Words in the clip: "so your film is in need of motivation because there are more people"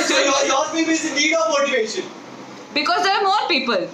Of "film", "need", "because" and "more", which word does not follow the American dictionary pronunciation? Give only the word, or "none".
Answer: film